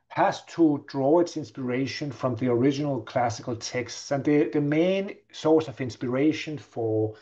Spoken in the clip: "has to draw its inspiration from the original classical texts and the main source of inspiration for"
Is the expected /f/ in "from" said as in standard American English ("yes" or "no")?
yes